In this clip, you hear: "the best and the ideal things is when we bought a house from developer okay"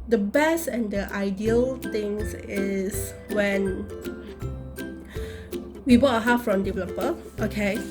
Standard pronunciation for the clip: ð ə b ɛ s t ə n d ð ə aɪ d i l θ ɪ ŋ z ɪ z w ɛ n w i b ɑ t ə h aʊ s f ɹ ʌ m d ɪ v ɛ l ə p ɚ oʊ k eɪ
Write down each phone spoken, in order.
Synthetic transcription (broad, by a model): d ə b ɛ s t ə n d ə aɪ d i l t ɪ ŋ s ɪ s w ɛ n w i b ɑ t ə h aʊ f ɹ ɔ m d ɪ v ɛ l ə p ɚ oʊ k eɪ